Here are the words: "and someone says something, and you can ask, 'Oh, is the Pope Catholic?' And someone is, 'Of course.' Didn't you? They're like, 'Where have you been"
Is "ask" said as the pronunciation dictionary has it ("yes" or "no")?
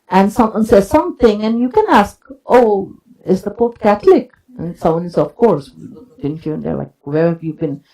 yes